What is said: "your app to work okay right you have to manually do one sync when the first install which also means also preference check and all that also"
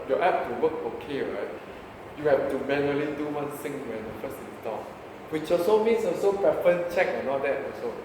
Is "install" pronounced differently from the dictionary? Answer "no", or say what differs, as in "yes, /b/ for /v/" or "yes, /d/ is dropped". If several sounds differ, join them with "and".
yes, /n/ is dropped